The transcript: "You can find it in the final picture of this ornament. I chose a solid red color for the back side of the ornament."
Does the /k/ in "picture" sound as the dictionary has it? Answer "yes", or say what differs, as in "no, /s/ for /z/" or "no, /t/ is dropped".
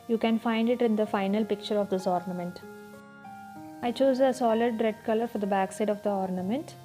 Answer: yes